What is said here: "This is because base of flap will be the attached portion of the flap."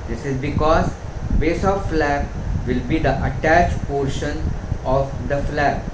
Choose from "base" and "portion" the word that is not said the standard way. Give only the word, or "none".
none